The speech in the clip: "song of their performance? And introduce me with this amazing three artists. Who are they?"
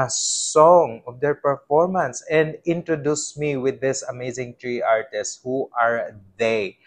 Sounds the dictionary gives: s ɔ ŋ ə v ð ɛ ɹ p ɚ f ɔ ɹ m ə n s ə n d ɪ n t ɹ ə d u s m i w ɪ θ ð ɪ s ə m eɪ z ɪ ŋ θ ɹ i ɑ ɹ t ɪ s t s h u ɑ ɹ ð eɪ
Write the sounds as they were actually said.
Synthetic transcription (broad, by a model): s ɔ ŋ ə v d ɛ ɹ p ɚ f ɔ ɹ m ə n s ə n d ɪ n t ɹ ə d u s m i w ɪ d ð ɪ s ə m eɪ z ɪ ŋ t ɹ i ɑ ɹ t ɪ s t h u ɑ ɹ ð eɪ